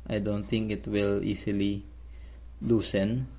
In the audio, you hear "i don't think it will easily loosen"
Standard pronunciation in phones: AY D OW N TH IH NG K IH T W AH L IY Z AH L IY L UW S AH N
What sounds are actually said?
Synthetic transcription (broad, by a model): AY D OW N T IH NG K IH T W AH L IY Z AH L IY L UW S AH N